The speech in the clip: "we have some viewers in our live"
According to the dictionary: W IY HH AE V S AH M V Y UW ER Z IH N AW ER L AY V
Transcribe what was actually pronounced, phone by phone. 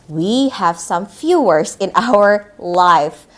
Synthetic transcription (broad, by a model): W IY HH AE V S AH M F Y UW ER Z IH N AW ER L AY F